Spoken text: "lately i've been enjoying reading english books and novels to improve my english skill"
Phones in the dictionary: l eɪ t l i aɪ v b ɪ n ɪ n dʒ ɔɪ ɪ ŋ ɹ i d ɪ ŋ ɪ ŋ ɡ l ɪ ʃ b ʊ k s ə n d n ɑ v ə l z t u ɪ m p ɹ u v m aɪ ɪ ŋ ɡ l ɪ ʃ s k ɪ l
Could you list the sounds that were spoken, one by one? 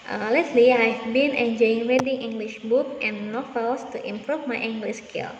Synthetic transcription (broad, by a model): l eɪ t l i aɪ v b ɪ n ɪ n dʒ ɔɪ ɪ ŋ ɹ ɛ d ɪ ŋ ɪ ŋ ɡ l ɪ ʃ b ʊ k ə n n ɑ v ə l s t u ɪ m p ɹ u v m aɪ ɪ ŋ ɡ l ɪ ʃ s k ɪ l